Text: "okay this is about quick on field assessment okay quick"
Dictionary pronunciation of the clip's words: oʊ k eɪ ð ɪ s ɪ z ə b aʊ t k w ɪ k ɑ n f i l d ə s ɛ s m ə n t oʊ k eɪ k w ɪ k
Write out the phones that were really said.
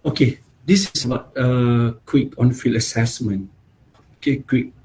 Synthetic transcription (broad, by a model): oʊ k eɪ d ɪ s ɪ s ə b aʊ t k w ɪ k ɑ n f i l ə s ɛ s m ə n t oʊ k eɪ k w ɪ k